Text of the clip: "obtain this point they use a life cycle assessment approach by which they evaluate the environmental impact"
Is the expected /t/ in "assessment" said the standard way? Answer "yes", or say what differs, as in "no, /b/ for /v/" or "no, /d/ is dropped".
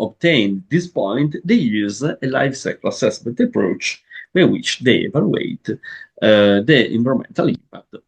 yes